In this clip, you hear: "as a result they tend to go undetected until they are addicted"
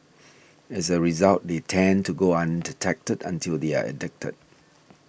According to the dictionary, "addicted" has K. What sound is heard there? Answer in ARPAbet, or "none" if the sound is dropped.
K